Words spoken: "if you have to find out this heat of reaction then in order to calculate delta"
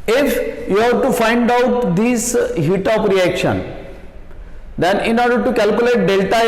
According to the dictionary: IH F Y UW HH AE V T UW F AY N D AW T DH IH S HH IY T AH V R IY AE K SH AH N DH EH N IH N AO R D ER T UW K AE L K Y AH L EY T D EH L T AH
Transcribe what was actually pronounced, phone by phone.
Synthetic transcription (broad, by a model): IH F Y UW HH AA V T UW F AY N D AW T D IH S HH IY T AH P R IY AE K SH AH N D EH N IH N AO R D ER T UW K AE L K Y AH L EY T D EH L T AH